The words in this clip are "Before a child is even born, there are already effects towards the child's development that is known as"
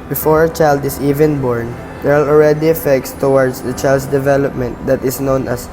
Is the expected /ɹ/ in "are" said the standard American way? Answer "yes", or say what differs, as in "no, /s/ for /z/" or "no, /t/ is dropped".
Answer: no, /l/ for /ɹ/